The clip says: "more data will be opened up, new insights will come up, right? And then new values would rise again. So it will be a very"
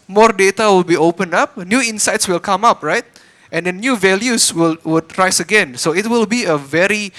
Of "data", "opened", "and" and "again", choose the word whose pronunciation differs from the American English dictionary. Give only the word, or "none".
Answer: opened